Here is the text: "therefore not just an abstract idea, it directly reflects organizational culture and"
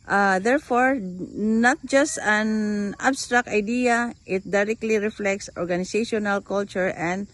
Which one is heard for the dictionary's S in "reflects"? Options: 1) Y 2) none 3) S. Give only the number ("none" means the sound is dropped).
3